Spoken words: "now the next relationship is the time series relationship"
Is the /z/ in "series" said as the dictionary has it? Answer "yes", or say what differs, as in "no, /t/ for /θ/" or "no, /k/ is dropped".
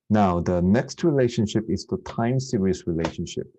no, /s/ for /z/